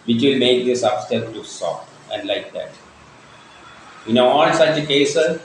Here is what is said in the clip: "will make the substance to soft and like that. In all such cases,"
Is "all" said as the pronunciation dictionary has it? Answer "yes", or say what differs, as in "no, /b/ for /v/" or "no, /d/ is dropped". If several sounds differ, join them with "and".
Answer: no, /n/ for /l/